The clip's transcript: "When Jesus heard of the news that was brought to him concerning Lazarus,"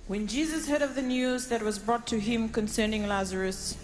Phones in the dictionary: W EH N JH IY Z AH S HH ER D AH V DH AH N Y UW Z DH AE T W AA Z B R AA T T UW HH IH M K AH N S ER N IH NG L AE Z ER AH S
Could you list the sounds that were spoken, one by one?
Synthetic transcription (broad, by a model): W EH N JH IY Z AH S HH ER D AH V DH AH N Y UW Z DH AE T W AA Z B R AA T T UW HH IH M K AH N S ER N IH NG L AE Z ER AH S